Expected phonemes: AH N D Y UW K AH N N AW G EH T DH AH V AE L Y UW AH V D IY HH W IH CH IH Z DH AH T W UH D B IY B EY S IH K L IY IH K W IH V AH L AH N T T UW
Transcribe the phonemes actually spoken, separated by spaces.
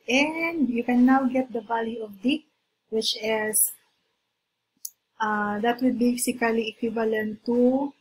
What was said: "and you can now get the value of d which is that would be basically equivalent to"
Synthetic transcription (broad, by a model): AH N D Y UW K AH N N AW G EH T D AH B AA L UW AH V D IY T W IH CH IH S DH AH T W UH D B IY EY S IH K L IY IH K W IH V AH L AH N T T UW